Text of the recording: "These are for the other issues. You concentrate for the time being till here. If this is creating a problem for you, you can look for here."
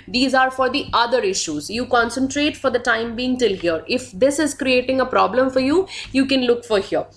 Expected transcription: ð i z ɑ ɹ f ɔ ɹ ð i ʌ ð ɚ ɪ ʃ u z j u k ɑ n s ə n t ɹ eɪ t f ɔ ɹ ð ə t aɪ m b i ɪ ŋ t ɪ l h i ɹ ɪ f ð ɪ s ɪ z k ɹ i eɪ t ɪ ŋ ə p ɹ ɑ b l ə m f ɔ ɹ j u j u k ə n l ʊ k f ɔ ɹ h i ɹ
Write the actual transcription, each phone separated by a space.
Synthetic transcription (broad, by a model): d i z ɑ ɹ f ɔ ɹ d i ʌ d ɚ ɪ ʃ u z j u k ɑ n s ə n t ɹ eɪ t f ɔ ɹ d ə t aɪ m b i ɪ ŋ t ɪ l h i ɹ ɪ f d ɪ s ɪ z k ɹ i eɪ t ɪ ŋ ə p ɹ ɑ b l ə m f ɔ ɹ j u j u k ə n l ʊ k f ɔ ɹ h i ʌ